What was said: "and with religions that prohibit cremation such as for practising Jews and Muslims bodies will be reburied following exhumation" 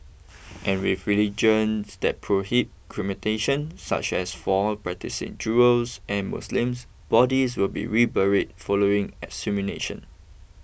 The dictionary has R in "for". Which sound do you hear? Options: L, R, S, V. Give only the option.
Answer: L